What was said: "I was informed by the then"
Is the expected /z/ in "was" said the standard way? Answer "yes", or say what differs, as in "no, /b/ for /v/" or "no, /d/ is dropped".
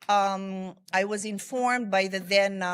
yes